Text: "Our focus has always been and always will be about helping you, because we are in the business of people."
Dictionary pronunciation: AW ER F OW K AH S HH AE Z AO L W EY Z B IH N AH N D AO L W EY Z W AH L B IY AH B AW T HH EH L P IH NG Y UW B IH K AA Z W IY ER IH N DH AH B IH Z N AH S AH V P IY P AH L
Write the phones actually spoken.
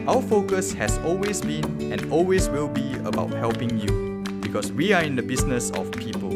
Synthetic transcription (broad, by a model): AW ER F OW K AH S HH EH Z AO L W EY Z B IH N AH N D AO L W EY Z W AH L B IY AH B AW T HH EH L P IH NG Y UW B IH K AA S W IY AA IH N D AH B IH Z N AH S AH F P IY P AH L